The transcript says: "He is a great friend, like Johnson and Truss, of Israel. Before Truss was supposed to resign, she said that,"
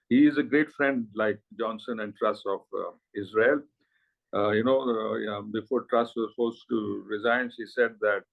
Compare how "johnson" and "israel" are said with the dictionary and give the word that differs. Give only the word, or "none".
israel